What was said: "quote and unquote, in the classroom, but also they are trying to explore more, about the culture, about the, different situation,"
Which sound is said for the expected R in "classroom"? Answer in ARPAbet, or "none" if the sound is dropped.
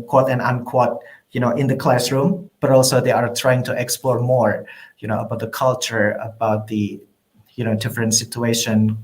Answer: R